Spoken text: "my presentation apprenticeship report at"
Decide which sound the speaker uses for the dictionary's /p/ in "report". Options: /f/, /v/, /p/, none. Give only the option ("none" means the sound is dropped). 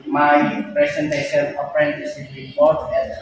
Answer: none